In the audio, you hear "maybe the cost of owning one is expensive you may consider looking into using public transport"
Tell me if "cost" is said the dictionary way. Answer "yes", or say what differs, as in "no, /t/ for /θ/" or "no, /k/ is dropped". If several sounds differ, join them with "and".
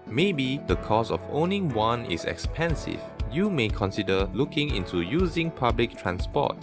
no, /t/ is dropped